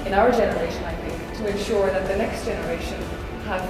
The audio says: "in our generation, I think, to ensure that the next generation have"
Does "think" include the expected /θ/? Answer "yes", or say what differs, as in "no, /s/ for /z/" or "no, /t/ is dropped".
yes